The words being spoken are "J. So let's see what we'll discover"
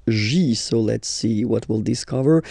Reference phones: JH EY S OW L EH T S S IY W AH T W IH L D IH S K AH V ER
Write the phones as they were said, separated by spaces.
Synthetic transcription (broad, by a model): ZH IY S OW L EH T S S IY W AH T W IH L D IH S K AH V ER